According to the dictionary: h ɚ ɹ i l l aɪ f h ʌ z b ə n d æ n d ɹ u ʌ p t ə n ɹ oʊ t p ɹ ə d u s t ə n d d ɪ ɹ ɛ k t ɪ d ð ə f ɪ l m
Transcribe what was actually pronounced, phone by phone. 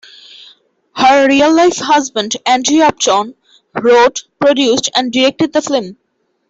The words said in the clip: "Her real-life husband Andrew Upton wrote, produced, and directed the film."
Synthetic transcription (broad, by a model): h ɚ ɹ i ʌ l aɪ f h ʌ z b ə n d æ n d ɹ u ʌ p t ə n ɹ oʊ t p ɹ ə d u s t ə n d d ɪ ɹ ɛ k t ɪ d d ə f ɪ m